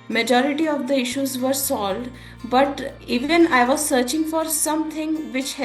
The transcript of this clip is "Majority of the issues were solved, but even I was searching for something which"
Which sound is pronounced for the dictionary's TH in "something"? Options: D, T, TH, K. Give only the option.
T